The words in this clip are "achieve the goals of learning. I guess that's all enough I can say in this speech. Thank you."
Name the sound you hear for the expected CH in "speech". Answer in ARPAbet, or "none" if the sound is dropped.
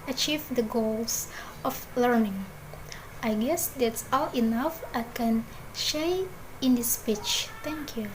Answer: CH